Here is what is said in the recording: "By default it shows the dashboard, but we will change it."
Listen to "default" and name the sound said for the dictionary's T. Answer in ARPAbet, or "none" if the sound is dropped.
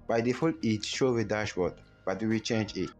none